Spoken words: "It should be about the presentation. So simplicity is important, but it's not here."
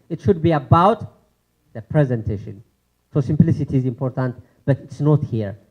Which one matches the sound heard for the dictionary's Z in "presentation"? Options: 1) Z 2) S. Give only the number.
1